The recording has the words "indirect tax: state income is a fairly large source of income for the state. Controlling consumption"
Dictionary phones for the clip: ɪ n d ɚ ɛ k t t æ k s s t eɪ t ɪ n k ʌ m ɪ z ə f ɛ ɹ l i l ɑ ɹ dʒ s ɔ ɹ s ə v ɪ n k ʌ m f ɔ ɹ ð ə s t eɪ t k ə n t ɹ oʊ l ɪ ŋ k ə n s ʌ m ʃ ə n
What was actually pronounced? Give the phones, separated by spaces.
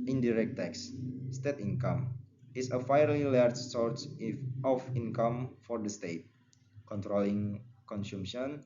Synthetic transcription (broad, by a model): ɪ n d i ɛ k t t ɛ k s s t eɪ t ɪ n k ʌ m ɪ s ə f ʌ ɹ l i l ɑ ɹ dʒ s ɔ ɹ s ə f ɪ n k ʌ m f ɔ ɹ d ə s t eɪ t k ə n t ɹ oʊ l ɪ ŋ k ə n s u m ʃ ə n